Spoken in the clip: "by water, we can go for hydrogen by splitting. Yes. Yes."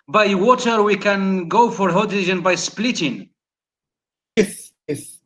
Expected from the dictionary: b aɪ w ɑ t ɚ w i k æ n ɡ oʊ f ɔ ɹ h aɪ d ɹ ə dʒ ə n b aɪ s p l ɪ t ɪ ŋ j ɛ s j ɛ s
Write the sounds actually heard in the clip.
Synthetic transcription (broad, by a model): b aɪ w ɑ t ɚ w i k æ n ɡ oʊ f ɔ ɹ h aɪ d ə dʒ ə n b aɪ s p l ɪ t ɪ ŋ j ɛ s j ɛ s